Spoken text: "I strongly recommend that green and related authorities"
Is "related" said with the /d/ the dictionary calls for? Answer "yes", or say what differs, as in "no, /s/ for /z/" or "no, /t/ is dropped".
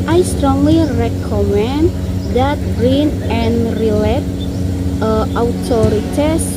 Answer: no, /d/ is dropped